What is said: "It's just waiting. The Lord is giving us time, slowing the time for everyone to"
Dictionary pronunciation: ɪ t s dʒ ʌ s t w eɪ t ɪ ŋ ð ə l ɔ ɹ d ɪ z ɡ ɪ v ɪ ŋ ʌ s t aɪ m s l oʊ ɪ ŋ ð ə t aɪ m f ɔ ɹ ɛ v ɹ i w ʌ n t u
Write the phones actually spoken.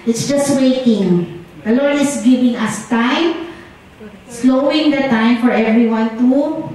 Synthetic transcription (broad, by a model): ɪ t s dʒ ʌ s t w eɪ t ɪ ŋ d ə l ɔ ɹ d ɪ s ɡ ɪ v ɪ ŋ ʌ s t aɪ m s l oʊ ɪ ŋ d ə t aɪ m f ɔ ɹ ɛ v ɹ i w ʌ n t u